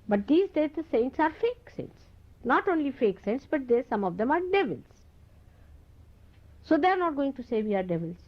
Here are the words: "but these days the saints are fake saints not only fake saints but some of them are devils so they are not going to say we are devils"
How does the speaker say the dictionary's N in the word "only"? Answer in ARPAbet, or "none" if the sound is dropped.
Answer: N